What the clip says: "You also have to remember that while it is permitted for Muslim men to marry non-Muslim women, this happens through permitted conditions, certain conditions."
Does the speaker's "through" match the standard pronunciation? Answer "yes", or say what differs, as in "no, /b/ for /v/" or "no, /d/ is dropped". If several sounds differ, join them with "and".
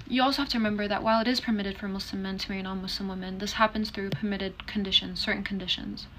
yes